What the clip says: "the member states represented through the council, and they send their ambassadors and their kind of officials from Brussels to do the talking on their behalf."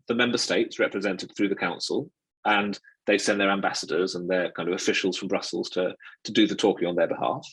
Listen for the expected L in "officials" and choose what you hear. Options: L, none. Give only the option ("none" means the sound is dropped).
L